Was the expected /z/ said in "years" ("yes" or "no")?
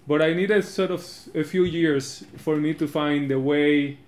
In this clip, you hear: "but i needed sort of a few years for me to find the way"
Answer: no